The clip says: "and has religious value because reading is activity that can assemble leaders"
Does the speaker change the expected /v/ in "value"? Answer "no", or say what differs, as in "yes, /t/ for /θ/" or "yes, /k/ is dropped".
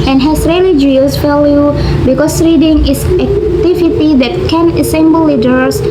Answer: yes, /f/ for /v/